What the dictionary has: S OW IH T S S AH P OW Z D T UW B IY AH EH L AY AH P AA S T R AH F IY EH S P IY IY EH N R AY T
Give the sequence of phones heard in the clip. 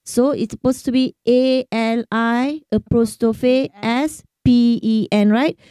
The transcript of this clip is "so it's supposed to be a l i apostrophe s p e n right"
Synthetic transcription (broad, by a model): S OW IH T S S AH P OW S T UW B IY AH EH L AY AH P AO S T AH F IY EH S P IY IY EH N R AY T